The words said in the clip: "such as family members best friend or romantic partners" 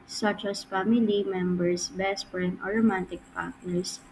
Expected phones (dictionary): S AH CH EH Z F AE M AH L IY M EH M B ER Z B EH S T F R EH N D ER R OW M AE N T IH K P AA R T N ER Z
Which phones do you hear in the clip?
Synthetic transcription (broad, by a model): S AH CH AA S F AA M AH L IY M EH M B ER S B EH S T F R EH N ER R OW M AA N T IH K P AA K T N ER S